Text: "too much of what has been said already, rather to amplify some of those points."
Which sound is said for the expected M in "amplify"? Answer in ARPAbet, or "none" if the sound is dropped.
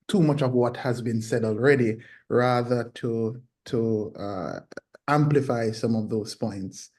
M